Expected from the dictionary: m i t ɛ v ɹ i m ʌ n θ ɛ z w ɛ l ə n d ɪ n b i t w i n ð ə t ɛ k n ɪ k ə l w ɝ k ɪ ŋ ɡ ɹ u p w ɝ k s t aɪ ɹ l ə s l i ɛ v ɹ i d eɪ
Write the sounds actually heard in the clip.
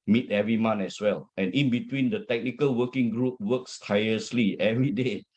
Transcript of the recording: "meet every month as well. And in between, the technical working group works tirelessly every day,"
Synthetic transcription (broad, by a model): m i t ɛ v ɹ i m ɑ n ɛ s w ɛ l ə n ɪ n b i t w i n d ə t ɛ k n ɪ k ə l w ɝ k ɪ ŋ ɡ ɹ u p w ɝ k s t aɪ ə s l i ɛ v ɹ i d eɪ